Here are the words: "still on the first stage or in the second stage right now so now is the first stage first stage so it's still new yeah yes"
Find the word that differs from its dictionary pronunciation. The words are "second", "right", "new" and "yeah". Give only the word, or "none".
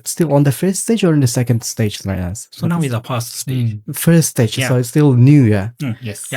right